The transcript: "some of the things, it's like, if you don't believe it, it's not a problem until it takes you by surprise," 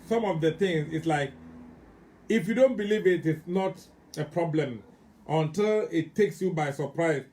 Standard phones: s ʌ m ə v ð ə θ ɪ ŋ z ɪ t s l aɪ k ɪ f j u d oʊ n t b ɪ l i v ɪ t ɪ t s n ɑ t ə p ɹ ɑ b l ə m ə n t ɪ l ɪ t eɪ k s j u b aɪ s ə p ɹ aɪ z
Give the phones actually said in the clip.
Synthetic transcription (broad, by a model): s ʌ m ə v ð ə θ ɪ ŋ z ɪ t s l aɪ k ɪ f j u d oʊ n t b ɪ l i v ɪ t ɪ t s n ɑ t ə p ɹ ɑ b l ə m ə n t ɪ l ɪ t eɪ k s j u b aɪ s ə p ɹ aɪ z